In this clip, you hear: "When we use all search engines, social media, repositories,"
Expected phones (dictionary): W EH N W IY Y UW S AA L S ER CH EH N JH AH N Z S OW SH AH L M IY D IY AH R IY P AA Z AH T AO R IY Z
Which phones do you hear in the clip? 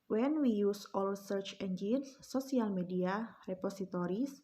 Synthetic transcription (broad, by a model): W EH N W IY Y UW S AA L S ER CH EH N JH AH N S OW S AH L M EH D IY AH R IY P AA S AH T AO R IY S